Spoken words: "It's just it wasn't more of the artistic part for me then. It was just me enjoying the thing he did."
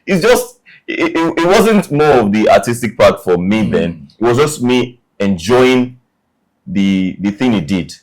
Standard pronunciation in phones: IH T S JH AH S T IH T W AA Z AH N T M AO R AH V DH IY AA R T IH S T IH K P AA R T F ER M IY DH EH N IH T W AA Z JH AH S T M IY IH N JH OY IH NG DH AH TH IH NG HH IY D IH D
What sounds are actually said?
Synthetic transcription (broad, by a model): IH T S JH AH S T IH T W AA Z AH N T M AO R AH V DH IY AA T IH S T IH K P AA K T F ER M IY DH EH N IH T W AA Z JH AH S T M IY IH N JH OY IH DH DH AH TH IH NG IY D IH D